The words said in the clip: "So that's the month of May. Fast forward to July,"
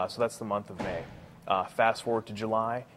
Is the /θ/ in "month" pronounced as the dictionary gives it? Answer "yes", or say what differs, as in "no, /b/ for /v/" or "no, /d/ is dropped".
yes